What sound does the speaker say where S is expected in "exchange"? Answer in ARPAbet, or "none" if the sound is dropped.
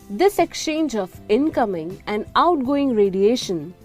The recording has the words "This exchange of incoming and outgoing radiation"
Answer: S